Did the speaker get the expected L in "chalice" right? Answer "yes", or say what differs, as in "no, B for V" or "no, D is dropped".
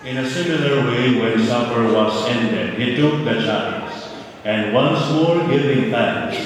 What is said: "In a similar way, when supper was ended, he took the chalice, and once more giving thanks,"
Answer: no, L is dropped